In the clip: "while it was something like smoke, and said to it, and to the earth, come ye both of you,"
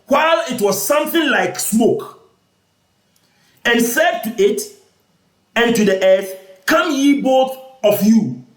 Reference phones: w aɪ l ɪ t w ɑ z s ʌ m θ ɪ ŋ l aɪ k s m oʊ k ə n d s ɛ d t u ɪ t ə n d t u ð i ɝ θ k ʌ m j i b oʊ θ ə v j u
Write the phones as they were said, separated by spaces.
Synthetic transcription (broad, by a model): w aɪ l ɪ t w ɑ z s ʌ m θ ɪ ŋ l aɪ k s m oʊ k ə n s ɛ d t u ɪ t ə n t u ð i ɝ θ k ʌ m j i b oʊ θ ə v j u